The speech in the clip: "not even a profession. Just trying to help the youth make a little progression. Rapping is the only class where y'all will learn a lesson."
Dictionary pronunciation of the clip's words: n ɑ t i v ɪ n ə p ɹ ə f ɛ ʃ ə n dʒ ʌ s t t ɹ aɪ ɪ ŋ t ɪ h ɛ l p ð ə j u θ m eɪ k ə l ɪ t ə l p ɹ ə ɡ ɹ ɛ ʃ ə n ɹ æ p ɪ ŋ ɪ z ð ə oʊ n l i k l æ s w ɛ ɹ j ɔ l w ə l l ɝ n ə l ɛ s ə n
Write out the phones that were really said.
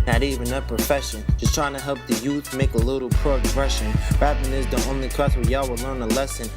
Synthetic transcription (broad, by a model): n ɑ t i v ɪ n ə p ɹ ə f ɛ ʃ ə n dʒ ʌ s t t ɹ aɪ ɪ ŋ t ɪ h ɛ l p ð ə j u θ m eɪ k ə l ɪ t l p ɹ ə ɡ ɹ ɛ ʃ ə n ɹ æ ɪ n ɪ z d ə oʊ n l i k æ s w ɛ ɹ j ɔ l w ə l l ɝ n ə l ɛ s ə n